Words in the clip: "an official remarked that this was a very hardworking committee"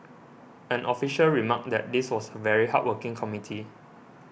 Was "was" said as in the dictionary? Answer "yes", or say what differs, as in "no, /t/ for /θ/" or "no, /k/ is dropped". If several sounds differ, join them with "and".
no, /s/ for /z/